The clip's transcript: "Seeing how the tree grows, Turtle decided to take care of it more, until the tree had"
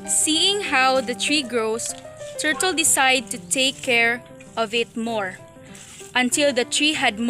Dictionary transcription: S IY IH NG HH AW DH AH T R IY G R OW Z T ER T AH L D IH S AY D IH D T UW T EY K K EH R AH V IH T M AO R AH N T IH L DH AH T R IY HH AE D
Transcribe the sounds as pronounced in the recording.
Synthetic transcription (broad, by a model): S IY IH NG HH AW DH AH T R IY G R OW S T ER T AH L D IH S AY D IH D T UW T EY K K EH R AH V IH T M AO R AH N T IH L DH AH T R IY HH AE D